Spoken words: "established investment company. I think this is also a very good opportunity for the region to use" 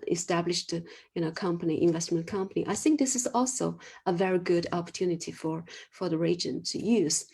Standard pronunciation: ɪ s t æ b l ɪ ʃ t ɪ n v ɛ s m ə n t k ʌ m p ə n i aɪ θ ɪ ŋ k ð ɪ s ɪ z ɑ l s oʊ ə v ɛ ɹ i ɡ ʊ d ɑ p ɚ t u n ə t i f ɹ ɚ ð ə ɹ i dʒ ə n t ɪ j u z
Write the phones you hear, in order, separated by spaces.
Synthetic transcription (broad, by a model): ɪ s t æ b l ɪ ʃ t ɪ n v ɛ s m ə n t k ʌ m p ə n i aɪ θ ɪ ŋ k ð ɪ s ɪ z ɑ l s oʊ ə v ɛ ɹ i ɡ ʊ d ɑ p ɚ t u n ə t i f ɹ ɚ ð ə ɹ i dʒ ə n t ɪ j u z